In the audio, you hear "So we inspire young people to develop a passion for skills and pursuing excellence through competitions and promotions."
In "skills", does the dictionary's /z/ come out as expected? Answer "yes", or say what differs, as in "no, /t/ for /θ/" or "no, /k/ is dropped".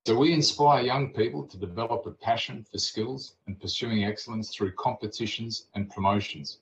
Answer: yes